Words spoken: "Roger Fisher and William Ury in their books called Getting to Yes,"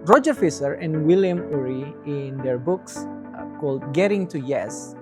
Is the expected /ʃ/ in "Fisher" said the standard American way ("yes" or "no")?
no